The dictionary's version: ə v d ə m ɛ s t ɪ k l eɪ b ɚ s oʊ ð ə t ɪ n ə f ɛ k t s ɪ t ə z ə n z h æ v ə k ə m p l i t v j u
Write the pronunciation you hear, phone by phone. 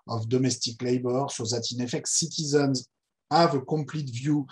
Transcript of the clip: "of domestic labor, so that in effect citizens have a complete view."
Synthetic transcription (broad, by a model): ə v d ə m ɛ s t ɪ k l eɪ b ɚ s oʊ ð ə t ɪ n ə f ɛ k t s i t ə z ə n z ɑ v ə k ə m p l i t v j u